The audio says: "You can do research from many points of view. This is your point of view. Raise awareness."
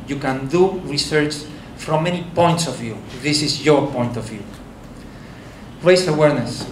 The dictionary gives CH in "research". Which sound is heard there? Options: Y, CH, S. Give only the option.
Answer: CH